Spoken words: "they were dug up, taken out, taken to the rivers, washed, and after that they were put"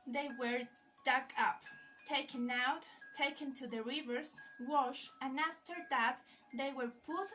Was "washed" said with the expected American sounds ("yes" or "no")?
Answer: no